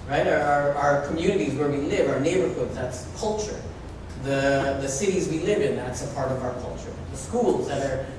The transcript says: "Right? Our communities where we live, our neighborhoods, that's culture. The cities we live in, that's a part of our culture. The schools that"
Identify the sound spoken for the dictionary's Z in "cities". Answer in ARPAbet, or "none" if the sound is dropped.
Z